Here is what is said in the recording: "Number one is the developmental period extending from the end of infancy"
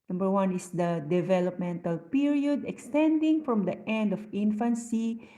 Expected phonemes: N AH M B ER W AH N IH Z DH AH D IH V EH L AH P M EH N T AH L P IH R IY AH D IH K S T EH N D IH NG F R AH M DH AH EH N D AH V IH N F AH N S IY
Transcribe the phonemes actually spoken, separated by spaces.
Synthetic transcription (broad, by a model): N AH M B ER W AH N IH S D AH D IH V EH L AH P M EH N T AH L P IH R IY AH D IH K S T EH N D IH NG F R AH M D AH EH N D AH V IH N F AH N S IY